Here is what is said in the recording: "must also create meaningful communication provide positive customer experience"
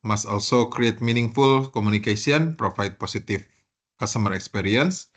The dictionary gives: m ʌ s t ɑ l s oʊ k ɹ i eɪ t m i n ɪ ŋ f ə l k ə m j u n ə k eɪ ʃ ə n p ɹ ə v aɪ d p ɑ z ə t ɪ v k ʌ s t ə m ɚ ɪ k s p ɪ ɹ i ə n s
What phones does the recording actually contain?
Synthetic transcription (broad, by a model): m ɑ s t ɑ l s oʊ k ɹ i eɪ t m i n ɪ ŋ f ə l k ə m u n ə k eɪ s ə n p ɹ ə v aɪ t p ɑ s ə t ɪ f k ʌ s t ə m ɚ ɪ k s p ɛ ɹ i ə n s